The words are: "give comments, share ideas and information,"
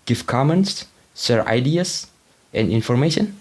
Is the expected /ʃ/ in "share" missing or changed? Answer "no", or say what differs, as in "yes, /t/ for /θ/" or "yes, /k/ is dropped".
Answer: yes, /s/ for /ʃ/